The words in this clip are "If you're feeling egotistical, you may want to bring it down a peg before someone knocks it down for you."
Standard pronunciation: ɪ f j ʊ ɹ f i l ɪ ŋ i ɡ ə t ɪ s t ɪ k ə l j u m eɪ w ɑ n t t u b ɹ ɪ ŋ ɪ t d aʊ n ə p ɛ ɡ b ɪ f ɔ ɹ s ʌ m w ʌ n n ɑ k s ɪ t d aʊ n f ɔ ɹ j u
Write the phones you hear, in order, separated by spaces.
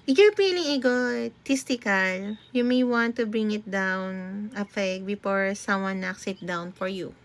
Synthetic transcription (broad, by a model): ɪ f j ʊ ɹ p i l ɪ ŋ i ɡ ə t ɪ s t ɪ k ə l j u m eɪ w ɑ n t t u b ɹ ɪ ŋ ɪ t d aʊ n ə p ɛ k b ɪ f ɔ ɹ s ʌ m w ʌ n n ɑ k s ɪ t d aʊ n f ɔ ɹ j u